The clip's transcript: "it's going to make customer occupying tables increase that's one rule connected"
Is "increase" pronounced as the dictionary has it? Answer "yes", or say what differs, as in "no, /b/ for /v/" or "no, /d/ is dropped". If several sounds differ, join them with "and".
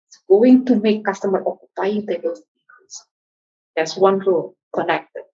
no, /n/ is dropped and /ɹ/ is dropped